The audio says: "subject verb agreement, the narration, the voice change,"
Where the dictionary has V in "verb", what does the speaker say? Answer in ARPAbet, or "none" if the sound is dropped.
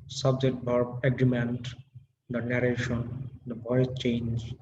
B